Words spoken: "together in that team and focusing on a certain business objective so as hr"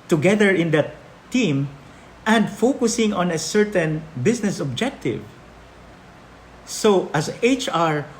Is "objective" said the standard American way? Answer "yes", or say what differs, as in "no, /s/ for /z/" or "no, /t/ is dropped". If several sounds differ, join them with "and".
yes